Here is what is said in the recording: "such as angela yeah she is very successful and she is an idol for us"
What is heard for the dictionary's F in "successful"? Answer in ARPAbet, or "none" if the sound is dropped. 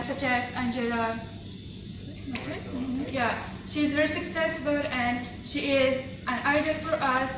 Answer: F